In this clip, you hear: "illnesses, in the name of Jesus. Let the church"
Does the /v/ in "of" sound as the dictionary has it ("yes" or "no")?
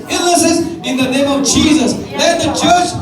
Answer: yes